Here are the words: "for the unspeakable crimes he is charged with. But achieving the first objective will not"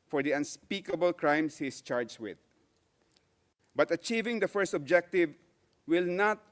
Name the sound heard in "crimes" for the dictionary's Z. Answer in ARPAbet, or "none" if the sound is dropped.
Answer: S